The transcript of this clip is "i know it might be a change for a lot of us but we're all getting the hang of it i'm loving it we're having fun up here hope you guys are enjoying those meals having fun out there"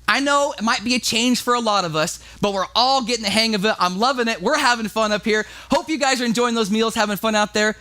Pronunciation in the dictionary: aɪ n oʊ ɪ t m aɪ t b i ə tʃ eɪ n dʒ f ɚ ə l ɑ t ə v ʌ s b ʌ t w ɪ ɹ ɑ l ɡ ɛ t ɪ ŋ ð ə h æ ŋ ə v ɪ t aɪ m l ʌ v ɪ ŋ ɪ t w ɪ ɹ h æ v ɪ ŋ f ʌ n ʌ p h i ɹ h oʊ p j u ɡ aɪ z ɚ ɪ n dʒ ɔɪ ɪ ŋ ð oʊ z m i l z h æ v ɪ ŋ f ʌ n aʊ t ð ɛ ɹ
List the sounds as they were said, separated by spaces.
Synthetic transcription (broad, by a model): aɪ n oʊ ɪ t m aɪ t b i ə tʃ eɪ n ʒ f ɚ ə l ɑ t ə v ʌ s b ʌ t w ɪ ɹ ɑ l ɡ ɛ t ɪ ŋ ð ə h æ ŋ ə v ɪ t aɪ m l ʌ v ɪ ŋ ɪ t w ɪ ɹ h æ v ɪ ŋ f ʌ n ʌ p h i ɹ h oʊ p j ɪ ɡ aɪ z ɚ ɪ n dʒ ɔɪ ɪ ŋ ð oʊ z m i l z h æ v ɪ ŋ f ʌ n aʊ t ð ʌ ɹ